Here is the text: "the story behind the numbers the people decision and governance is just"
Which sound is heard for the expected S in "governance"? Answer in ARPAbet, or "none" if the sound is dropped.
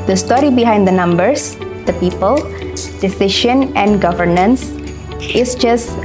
S